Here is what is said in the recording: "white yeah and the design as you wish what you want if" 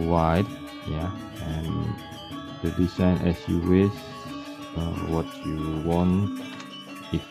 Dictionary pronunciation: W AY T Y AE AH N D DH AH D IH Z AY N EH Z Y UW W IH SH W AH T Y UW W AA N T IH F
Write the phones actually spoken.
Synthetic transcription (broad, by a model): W AY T Y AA AH N D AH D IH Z AY N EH S Y UW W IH S W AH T Y UW W AA N T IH